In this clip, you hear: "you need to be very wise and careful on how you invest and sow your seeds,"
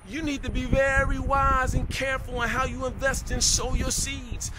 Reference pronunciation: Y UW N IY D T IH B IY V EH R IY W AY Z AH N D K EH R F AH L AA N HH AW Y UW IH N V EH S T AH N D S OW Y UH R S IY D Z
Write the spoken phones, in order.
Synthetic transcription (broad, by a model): Y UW N IY D T IH B IY V EH R IY W AY Z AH N K EH R F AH L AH N HH AW Y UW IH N V EH S T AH N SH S OW Y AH R S IY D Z